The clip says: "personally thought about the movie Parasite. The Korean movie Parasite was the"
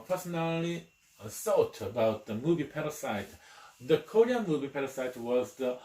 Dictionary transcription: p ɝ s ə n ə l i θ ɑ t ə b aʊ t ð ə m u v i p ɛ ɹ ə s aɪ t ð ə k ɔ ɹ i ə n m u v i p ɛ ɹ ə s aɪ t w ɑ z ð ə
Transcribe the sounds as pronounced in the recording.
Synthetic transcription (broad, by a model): p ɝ s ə n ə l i s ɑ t ə b aʊ t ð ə m u v i p ɛ ɹ ə s aɪ t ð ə k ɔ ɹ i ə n m u v i p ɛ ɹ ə s aɪ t w ɑ z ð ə